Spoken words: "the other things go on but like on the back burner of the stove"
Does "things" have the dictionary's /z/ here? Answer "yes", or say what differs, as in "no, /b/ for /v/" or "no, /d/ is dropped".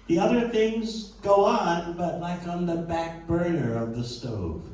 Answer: yes